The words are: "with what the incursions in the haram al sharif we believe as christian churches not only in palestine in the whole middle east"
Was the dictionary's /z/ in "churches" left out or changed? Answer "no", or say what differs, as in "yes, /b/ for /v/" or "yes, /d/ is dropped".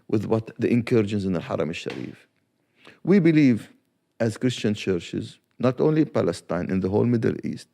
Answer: no